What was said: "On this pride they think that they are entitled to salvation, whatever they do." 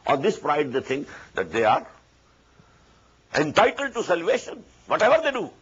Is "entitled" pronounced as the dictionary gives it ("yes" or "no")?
yes